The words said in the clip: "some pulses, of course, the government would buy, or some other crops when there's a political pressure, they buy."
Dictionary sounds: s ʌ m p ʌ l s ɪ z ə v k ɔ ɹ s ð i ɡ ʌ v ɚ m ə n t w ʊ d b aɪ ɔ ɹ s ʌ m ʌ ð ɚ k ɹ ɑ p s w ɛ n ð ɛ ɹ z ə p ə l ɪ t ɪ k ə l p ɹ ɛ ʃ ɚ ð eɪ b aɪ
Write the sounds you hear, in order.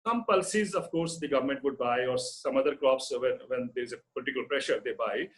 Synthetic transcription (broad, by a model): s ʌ m p ʌ l s ɪ z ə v k ɔ ɹ s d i ɡ ʌ v ɚ m ə n t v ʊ d b aɪ ɔ ɹ s ʌ m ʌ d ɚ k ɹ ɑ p s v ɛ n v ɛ ɹ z ə p ə l ɪ t ɪ k ə l p ɹ ɛ ʃ ɚ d eɪ b aɪ